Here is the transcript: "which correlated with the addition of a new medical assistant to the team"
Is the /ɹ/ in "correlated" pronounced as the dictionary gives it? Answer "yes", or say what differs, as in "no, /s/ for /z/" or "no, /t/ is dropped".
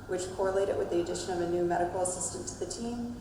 yes